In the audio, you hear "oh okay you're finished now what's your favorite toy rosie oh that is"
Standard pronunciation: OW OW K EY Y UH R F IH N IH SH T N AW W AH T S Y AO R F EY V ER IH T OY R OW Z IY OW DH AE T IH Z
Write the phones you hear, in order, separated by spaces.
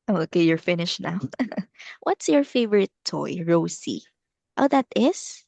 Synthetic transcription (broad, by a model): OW OW K EY Y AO R F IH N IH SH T N AW W AH T S Y AO R F EY V ER IH T OY R OW S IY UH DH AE T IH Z